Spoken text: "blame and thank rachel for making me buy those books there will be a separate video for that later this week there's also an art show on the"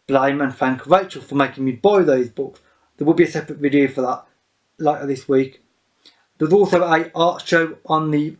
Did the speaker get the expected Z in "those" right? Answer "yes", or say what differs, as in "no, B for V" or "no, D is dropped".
yes